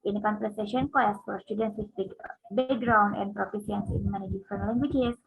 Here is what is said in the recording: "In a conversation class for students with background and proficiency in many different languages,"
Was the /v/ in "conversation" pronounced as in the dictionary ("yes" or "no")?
no